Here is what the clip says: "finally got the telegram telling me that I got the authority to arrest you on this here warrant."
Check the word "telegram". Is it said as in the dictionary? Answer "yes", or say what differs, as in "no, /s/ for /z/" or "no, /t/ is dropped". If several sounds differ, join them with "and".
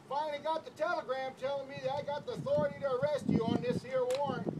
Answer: yes